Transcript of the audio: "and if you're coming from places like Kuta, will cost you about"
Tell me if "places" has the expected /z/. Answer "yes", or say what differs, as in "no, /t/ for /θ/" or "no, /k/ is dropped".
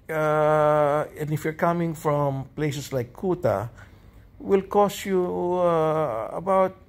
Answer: no, /s/ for /z/